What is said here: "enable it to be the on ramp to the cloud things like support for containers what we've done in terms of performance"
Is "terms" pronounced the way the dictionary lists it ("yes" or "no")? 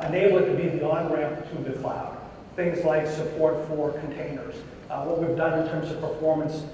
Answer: yes